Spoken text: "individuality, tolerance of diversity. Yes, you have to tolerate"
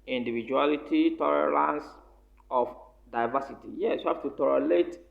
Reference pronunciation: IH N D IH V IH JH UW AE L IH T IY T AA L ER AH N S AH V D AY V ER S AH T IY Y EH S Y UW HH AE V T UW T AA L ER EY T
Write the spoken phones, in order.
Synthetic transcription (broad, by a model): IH N D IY V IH JH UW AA L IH T IY T AA L ER AH N S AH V D AY V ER S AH T IY Y EH S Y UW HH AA F T UW T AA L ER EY T